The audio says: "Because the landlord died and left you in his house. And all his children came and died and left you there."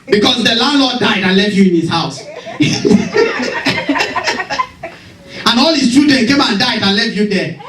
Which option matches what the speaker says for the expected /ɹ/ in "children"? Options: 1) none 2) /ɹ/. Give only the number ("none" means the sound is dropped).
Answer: 1